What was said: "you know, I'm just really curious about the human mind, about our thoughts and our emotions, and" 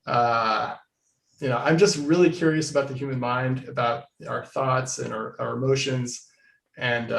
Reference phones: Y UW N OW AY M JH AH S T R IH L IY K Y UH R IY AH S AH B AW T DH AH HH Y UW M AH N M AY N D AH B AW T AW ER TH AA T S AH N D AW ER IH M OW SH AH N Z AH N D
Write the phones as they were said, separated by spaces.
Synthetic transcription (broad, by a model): Y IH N OW AY M JH AH S T R IH L IY K Y UH R IY AH S AH B AW T DH AH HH Y UW M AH N M AY N D AH B AW T AW ER TH AA T S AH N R AW ER IH M OW SH AH N Z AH N